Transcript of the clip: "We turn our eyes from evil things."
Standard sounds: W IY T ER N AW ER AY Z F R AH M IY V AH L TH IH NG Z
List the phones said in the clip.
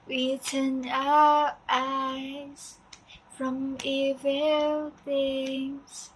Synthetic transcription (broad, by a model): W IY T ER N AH ER AY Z F R AH M IY V AH L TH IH NG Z